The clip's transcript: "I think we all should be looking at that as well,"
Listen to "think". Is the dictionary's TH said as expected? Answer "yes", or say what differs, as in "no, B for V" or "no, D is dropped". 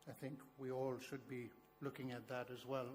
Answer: yes